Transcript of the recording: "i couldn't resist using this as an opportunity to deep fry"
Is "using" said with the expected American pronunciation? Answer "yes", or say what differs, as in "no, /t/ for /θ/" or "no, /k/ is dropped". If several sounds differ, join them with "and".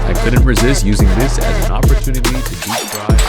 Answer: yes